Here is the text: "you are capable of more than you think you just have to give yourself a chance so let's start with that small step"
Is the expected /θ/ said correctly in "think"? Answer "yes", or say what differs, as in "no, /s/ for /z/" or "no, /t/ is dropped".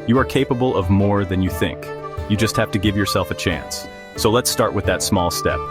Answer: yes